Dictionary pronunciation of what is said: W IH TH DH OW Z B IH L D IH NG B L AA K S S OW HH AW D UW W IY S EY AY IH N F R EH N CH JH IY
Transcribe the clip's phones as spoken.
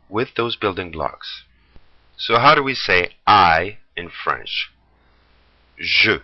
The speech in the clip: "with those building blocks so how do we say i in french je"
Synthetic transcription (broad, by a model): W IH DH OW Z B IH L D IH NG B L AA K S S OW HH AW D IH W IY S EY AY IH N F R EH N CH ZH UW